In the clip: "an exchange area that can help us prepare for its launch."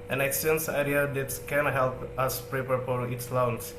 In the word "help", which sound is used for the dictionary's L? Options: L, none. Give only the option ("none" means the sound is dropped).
L